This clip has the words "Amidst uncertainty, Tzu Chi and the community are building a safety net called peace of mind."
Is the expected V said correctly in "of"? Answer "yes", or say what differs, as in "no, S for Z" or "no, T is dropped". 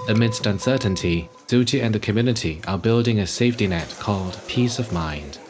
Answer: yes